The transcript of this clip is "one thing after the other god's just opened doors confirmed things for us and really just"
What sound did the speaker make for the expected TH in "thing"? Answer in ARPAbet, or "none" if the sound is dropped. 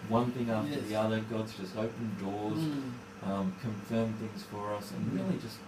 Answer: TH